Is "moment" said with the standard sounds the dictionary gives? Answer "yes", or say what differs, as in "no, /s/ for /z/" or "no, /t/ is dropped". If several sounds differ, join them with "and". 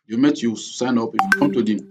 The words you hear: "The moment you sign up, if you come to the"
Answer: no, /n/ is dropped